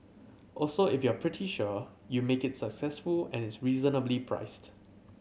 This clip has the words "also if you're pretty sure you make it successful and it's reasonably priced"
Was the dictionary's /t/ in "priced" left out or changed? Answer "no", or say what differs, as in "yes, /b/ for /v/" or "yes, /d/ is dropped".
no